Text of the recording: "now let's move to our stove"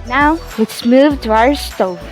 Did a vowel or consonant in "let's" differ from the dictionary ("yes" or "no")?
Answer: yes